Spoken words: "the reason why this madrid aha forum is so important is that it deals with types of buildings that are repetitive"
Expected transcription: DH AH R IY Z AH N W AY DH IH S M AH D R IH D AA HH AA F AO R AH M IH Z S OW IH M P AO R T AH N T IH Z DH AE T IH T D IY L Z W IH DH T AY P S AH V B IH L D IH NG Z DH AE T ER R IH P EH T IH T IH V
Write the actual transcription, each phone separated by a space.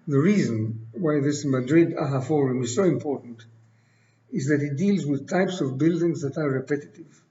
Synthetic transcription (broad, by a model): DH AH R IY Z AH N W AY DH IH S M AH D R IH D AA HH AA F AO R AH M IH Z S OW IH M P AO R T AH N T IH Z DH AE T IH T D IY L Z W IH DH T AY P S AH V B IH L D IH NG Z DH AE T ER R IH P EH T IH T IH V